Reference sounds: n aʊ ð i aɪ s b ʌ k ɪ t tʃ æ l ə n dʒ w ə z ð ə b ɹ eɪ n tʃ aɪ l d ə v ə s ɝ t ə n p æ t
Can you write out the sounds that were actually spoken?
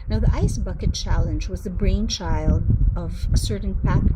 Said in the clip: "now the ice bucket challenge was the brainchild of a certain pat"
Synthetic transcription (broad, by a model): n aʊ ð i aɪ s b ʌ k ɪ t tʃ æ l ə n dʒ w ə z ð ə b ɹ eɪ n tʃ aɪ l d ə v ə s ɝ t n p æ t